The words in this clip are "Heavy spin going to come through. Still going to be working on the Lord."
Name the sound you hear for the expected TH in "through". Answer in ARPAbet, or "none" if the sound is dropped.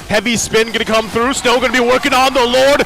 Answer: TH